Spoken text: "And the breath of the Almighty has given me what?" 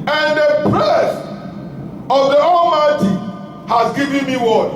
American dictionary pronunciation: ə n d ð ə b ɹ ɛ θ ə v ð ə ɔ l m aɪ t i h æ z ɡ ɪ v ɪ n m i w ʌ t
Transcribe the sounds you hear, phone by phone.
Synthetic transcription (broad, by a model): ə n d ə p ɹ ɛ s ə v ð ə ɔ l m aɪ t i h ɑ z ɡ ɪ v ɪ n m i w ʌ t